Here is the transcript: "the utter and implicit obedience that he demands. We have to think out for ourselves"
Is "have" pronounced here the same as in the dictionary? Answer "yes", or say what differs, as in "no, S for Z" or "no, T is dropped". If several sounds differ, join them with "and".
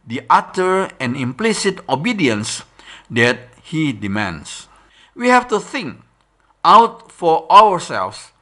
no, F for V